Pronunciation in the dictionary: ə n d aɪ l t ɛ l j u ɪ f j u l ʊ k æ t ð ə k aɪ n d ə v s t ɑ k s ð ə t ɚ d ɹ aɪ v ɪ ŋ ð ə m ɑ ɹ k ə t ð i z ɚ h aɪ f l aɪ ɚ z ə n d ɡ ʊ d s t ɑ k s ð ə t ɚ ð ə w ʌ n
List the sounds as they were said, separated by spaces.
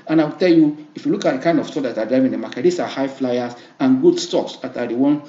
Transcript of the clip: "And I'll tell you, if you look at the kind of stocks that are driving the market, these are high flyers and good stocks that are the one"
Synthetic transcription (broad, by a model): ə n aɪ w t ɛ l j u ɪ f j u l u k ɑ t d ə k aɪ n d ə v s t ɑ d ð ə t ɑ d ɹ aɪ v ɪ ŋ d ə m ɑ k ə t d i s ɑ h aɪ f l aɪ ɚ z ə n ɡ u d s t ɑ k s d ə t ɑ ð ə w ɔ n